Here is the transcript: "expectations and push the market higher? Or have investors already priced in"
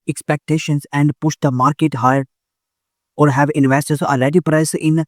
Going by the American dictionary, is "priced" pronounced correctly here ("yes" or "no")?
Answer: no